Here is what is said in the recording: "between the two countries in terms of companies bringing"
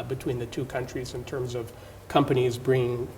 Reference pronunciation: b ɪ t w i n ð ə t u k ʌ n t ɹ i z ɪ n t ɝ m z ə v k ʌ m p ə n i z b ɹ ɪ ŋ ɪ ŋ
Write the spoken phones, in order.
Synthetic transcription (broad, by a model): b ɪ t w i n ð ə t u k ʌ n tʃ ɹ i z ɪ n t ɝ m z ə v k ʌ m p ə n i z b ɹ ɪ ŋ ɪ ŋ